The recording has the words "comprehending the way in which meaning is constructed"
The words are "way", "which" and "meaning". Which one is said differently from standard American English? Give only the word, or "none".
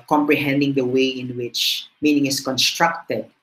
none